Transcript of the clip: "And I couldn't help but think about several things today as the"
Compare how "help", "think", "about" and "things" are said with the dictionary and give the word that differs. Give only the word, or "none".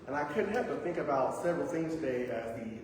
things